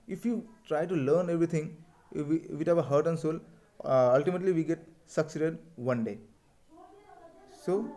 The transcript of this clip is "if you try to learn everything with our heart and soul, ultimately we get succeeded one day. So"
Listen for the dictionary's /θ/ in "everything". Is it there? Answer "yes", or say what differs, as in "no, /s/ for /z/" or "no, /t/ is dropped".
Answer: no, /t/ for /θ/